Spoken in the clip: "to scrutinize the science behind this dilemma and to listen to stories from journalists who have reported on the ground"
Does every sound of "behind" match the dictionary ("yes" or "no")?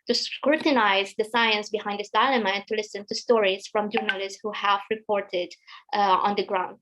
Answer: yes